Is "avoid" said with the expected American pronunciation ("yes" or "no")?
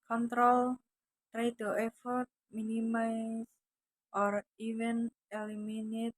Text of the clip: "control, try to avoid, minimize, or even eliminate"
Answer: no